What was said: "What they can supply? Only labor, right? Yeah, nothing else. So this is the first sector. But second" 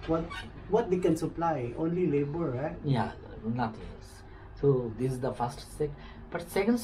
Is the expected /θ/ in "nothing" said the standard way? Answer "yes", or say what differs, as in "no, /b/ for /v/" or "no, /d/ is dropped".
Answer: no, /t/ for /θ/